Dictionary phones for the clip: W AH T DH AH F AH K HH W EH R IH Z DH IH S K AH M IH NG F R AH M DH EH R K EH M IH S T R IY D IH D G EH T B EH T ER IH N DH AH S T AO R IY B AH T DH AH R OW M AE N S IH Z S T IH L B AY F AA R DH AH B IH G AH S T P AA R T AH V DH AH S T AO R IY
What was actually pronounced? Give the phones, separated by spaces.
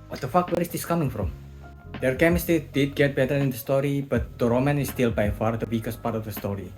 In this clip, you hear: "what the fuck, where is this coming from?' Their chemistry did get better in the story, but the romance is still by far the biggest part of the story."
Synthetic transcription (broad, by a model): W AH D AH F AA K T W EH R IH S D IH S K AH M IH NG F R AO M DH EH R K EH M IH S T IY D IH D G EH T B EH T ER IH N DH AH S T AO R IY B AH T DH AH R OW M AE N IH S T IH L B AY F AA R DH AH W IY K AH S P AA R T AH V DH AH S T AO R IY